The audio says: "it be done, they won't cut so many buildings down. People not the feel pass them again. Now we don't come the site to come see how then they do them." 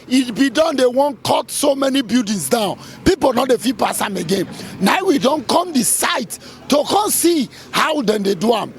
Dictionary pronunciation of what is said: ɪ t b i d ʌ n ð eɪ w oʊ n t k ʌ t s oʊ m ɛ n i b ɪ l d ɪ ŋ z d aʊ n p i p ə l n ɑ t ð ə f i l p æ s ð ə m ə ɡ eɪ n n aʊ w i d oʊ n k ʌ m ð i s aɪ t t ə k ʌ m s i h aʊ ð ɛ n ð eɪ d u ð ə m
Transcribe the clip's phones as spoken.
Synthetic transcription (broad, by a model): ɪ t b i d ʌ n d eɪ w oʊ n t k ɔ t s oʊ m ɛ n i b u d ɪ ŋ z d aʊ n p i p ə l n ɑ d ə f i p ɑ s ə m ə ɡ eɪ n n aʊ w i d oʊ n k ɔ m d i s aɪ t t ə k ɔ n s i h aʊ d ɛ n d eɪ d u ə m